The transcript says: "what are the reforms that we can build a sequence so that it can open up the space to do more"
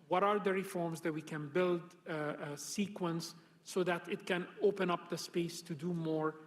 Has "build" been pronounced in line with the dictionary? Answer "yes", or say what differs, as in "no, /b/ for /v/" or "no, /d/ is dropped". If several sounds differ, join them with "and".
yes